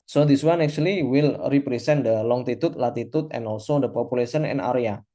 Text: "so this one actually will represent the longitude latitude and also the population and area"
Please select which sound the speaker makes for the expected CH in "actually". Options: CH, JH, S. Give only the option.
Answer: S